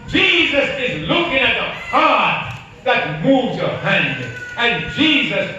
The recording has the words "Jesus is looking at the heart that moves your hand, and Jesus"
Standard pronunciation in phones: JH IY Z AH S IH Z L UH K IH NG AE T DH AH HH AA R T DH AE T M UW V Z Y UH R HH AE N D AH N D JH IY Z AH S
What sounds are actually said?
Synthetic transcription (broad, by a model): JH IY Z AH S IH Z L UH K IH NG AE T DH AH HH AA R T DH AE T M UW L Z Y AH R HH AE N D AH N JH IY Z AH S